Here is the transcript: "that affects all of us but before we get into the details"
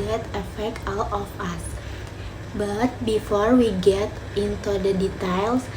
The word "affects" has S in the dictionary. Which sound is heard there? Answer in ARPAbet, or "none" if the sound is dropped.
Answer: none